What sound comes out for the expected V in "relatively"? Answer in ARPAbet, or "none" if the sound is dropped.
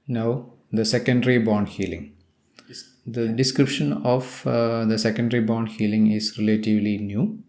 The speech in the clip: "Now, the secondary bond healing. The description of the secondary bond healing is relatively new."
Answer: V